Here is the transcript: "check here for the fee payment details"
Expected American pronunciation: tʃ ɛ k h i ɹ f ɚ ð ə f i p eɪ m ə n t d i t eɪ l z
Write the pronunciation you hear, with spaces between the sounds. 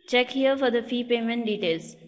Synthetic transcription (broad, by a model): tʃ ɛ k h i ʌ f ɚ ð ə f i p eɪ m ə n t d i t eɪ l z